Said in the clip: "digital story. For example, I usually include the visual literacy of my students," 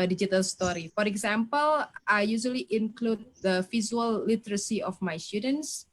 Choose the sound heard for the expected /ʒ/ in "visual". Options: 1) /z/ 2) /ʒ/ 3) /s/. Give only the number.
1